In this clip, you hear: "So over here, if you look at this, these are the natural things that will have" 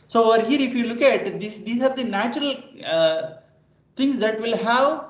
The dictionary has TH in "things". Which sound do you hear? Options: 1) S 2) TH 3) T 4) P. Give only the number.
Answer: 3